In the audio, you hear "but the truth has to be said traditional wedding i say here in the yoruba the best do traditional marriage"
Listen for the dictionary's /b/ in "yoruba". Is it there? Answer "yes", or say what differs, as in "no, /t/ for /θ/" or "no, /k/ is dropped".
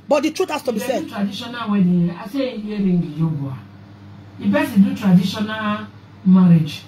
no, /b/ is dropped